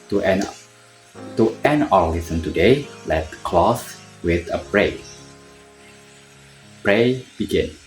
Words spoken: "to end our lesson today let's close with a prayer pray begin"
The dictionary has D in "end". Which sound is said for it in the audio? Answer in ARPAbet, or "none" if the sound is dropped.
none